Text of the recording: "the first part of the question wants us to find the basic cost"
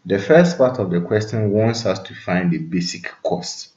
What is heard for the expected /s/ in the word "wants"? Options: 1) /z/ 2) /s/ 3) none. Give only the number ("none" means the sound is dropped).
2